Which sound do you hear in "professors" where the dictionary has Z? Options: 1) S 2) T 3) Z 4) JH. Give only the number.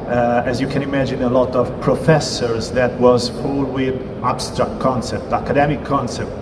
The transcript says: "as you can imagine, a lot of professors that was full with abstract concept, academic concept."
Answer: 3